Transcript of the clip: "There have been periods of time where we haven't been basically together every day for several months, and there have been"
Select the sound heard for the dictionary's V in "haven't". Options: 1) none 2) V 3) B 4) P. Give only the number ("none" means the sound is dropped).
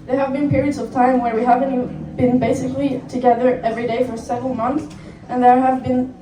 2